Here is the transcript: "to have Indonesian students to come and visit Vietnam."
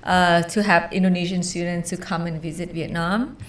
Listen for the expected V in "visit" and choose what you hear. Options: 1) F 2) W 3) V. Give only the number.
3